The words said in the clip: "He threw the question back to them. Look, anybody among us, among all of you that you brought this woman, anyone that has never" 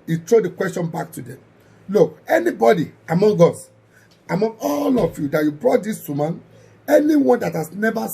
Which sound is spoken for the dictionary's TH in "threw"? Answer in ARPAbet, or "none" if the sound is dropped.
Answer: T